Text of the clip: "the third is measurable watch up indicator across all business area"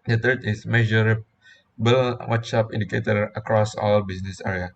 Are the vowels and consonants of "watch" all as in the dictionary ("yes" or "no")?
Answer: no